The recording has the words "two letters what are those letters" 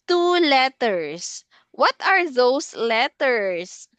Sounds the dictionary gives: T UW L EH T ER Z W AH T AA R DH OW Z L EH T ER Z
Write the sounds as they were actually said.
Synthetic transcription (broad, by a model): T UW L EH T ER S W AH T AA R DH OW S L EH T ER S